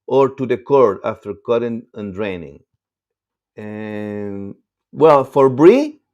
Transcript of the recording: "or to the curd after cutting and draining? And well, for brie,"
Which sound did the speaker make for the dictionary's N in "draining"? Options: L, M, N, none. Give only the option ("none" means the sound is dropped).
N